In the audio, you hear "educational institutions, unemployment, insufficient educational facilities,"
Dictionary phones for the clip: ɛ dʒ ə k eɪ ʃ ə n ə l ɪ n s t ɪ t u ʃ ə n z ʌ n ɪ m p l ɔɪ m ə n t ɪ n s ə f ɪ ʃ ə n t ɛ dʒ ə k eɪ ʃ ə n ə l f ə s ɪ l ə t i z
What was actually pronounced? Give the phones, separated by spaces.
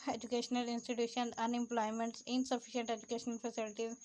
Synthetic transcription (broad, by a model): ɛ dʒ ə k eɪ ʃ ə n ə l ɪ n s t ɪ t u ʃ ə n ʌ n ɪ m p l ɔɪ m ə n t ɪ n s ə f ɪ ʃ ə n t ɛ dʒ ə k eɪ ʃ ə n ə l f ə s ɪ l t i